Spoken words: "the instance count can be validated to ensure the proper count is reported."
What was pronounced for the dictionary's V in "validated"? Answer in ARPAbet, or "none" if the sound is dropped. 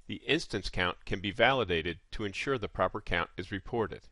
V